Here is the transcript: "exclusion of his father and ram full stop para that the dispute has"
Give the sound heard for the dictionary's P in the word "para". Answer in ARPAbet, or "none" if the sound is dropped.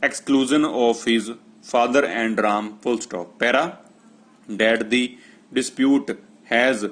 P